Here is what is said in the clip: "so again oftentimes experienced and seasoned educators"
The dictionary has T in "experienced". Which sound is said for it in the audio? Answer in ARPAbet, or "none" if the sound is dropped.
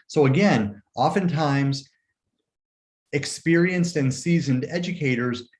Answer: T